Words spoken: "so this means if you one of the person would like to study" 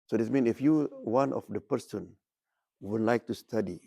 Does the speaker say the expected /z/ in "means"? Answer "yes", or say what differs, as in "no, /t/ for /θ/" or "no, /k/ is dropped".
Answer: no, /z/ is dropped